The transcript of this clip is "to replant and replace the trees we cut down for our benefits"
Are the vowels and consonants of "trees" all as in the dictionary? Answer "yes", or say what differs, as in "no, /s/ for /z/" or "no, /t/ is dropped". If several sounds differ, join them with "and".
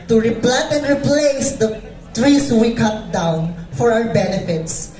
no, /s/ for /z/